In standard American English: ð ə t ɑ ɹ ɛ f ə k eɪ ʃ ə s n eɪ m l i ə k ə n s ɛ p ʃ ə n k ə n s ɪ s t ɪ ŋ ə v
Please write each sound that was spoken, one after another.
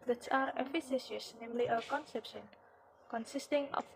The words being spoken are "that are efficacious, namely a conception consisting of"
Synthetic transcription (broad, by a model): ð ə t ɑ ɹ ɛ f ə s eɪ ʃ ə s n eɪ m l i ə k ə n s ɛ p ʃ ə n k ə n s ɪ s t ɪ ŋ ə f